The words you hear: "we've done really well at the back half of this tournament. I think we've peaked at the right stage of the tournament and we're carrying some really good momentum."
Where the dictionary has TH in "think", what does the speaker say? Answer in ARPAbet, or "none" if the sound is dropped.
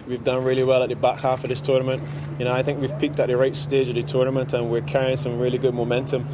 TH